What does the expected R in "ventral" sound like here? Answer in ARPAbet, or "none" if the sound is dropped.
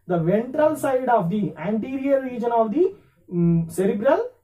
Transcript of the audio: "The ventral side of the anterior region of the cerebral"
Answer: R